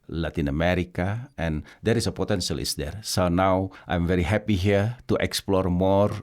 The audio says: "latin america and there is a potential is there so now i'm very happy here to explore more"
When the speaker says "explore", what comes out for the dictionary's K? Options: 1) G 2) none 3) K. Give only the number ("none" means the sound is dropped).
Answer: 3